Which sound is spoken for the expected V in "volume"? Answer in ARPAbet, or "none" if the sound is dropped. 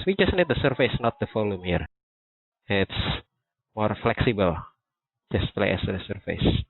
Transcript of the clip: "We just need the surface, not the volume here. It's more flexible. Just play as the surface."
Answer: F